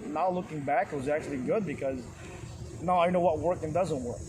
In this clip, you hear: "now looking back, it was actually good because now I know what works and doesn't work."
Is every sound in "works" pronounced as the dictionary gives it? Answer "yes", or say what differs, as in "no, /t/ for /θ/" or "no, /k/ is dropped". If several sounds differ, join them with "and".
no, /s/ is dropped